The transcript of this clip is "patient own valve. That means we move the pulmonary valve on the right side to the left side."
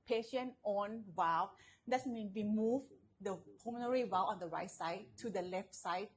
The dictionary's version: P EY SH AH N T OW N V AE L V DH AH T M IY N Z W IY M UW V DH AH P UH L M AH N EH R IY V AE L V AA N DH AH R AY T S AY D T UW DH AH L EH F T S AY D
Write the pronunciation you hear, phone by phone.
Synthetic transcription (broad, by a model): P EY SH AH N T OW N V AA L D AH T M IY N W IY M UW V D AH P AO M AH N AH R IY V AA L AA N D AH R AY T S AY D T UW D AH L EH F T S AY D